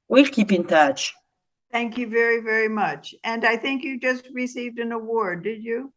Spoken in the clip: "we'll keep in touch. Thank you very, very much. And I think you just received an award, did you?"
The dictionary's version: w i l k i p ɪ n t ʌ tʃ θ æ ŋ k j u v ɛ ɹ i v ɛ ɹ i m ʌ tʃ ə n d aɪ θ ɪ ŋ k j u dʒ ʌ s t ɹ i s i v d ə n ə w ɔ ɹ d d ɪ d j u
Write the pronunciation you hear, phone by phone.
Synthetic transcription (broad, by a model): w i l k i p ɪ n t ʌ tʃ θ æ ŋ k j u v ɛ ɹ i v ɛ ɹ i m ʌ tʃ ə n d aɪ θ ɪ ŋ k j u dʒ ʌ s t ɹ i s i v d ə n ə w ɔ ɹ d d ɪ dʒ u